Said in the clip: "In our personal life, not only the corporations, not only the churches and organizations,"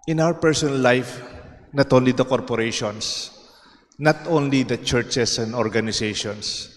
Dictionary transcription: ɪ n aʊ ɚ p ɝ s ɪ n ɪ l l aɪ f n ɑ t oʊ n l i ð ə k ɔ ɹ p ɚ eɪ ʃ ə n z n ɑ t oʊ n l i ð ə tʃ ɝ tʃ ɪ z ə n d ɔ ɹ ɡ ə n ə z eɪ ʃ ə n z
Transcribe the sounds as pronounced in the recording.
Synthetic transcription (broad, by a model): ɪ n aʊ ɚ p ɝ s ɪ n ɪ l l aɪ f n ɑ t oʊ n l i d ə k ɔ ɹ p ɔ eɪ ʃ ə n s n ɑ t oʊ n l i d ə tʃ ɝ tʃ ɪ s ə n d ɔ ɹ ɡ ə n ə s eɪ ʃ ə n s